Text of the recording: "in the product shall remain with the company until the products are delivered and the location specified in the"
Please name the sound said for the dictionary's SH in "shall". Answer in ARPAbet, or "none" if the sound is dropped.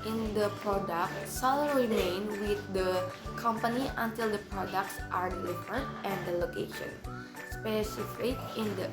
S